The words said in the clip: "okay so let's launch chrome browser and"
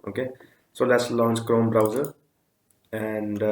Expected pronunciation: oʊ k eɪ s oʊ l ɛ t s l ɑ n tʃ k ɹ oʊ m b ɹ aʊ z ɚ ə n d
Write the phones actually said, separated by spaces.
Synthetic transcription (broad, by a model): oʊ k eɪ s oʊ l ɛ t s l ɑ n tʃ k ɹ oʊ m b ɹ aʊ z ɚ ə n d